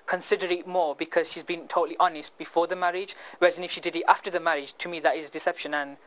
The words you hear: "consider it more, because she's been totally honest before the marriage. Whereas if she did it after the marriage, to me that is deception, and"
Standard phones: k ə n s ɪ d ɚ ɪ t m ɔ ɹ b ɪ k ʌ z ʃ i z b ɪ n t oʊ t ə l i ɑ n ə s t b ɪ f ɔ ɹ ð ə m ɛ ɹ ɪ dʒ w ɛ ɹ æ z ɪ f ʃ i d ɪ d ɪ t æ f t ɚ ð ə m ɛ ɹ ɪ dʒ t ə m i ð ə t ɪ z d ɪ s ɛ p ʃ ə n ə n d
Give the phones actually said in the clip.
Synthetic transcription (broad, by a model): k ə n s ɪ d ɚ ɪ t m ɔ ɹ b ɪ k ʌ z ʃ i z b ɪ n t oʊ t l i ɑ n ə s t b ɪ f ɔ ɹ ð ə m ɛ ɹ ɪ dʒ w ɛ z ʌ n ɪ f ʃ i d ɪ d ɪ t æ f t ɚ ð ə m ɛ ɹ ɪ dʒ t ə m i ð ə t ɪ z d ɪ s ɛ p ʃ ə n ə n